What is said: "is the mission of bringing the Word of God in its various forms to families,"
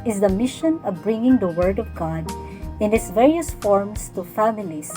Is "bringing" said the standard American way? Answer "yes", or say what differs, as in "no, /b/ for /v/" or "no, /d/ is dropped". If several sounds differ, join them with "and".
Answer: yes